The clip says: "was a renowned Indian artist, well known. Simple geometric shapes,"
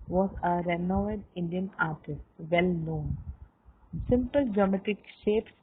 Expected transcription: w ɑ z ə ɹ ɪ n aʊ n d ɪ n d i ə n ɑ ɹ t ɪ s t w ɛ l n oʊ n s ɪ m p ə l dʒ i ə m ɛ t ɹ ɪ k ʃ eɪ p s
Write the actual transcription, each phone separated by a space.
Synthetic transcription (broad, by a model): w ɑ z ə ɹ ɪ n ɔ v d ɪ n d i ə n ɑ ɹ t ɪ s t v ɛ l n oʊ n s ɪ m p ə l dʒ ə m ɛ t ɪ k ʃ eɪ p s